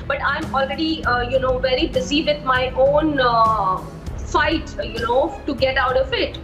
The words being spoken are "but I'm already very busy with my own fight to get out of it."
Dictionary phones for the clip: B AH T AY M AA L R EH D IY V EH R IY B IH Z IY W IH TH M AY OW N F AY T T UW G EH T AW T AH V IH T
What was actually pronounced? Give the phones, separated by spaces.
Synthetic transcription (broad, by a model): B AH T AY M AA L R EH D IY V EH R IY B IH Z IY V IH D M AY OW N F AY T T UW G EH T AW T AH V IH T